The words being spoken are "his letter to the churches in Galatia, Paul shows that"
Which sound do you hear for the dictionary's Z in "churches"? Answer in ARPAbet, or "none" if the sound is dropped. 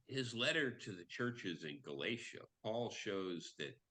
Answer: Z